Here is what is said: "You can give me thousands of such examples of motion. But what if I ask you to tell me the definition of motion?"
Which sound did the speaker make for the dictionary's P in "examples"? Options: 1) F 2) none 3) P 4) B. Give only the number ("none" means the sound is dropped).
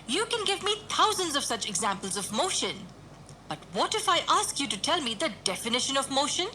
3